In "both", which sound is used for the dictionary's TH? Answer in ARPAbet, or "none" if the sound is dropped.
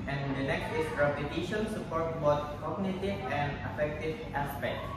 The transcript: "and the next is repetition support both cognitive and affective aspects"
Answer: S